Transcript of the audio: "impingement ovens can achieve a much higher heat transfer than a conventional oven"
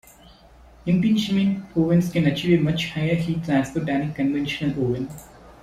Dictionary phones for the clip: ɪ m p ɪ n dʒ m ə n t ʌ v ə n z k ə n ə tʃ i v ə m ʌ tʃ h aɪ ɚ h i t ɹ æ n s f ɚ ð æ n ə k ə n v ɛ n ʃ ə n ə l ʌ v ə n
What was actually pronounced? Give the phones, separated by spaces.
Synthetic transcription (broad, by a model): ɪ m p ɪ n ʃ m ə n ɔ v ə n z k ə n ə tʃ i v ə m ʌ tʃ h aɪ ɚ h i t æ s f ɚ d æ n ə k ə n v ɛ n ʃ ə n ə l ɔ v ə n